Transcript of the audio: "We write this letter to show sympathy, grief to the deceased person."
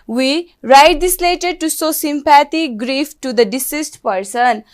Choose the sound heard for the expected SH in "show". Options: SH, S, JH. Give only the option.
S